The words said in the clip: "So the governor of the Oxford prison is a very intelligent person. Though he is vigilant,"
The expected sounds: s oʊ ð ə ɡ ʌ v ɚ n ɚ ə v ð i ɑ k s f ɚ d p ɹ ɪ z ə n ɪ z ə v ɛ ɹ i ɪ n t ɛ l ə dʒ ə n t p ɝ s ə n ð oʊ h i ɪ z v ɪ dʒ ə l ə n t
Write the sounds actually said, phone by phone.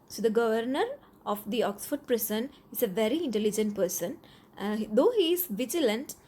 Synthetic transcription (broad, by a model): s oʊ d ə ɡ ʌ v ɚ n ɚ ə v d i ɑ k s f ɚ d p ɹ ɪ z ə n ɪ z ə v ɛ ɹ i ɪ n t ɛ l ə dʒ ə n t p ɝ s ə n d oʊ h i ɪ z v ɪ dʒ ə l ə n t